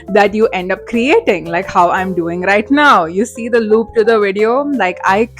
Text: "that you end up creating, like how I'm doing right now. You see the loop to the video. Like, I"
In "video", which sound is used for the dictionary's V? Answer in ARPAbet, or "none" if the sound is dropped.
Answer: V